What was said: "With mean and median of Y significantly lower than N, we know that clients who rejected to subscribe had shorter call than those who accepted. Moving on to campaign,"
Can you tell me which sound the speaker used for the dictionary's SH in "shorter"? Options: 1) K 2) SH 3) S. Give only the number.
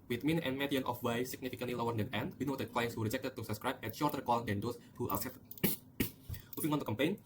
2